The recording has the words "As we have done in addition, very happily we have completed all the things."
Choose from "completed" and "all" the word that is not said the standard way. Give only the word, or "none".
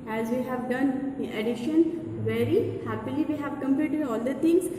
completed